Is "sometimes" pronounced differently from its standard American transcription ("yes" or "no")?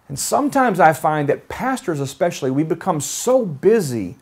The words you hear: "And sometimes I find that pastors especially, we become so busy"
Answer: no